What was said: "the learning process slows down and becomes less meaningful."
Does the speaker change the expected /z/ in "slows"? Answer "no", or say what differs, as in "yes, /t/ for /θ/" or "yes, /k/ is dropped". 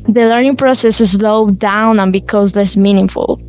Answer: yes, /z/ is dropped